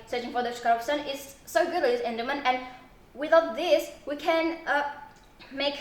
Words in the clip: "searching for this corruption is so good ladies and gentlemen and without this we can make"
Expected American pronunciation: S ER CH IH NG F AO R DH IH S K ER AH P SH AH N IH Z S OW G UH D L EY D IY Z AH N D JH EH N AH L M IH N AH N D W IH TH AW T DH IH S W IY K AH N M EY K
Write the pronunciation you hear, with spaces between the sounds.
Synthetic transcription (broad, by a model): S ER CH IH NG F AO R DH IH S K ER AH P S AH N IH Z S OW G UH D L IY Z AH N D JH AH M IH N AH N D W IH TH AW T DH IH S W IY K AH N M EY K